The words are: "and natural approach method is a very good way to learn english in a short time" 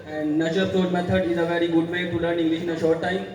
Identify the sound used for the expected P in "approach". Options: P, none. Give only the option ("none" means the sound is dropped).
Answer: none